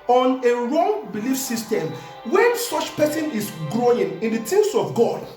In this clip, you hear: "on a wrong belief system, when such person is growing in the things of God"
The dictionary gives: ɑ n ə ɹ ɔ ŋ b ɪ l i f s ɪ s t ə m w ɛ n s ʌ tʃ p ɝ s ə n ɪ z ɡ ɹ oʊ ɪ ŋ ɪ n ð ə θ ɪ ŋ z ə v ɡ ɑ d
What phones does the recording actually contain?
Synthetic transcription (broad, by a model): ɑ n ə ɹ ɔ ŋ b ɪ l i f s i s t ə m w ɛ n s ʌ tʃ p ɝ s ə n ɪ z ɡ ɹ oʊ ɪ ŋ ɪ n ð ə t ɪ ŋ s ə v ɡ ɑ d